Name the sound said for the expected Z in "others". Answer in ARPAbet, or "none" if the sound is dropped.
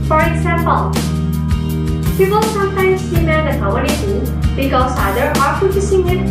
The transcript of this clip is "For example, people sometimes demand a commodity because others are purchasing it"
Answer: none